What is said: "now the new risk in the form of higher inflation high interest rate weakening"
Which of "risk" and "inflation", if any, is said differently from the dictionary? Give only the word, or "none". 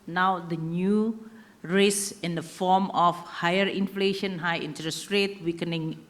risk